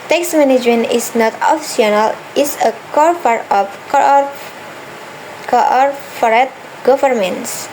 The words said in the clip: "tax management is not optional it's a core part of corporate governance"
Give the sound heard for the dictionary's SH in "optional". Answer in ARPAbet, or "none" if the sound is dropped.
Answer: S